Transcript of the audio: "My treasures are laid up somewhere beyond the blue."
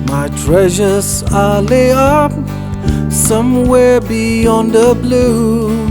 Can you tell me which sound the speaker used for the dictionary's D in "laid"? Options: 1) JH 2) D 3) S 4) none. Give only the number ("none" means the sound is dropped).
4